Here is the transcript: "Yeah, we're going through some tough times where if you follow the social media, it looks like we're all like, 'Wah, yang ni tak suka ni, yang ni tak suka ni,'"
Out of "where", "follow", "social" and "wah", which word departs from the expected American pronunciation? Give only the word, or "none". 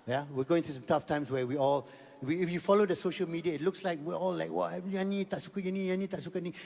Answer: where